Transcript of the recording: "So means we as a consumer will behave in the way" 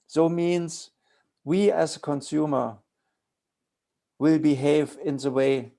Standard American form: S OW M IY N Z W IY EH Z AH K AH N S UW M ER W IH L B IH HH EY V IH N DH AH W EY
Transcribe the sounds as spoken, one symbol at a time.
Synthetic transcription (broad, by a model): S OW M IY N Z W IY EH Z AH K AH N S UW M ER W IH L B IH HH EY V IH N DH AH W EY